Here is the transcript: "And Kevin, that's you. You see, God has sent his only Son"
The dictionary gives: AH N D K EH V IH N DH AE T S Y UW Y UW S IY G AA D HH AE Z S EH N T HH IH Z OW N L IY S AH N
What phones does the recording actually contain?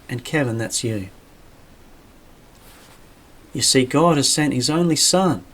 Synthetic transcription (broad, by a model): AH N K EH V IH N DH AE T S Y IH Y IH S IY G AA D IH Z S EH N T HH IH Z OW N L IY S AH N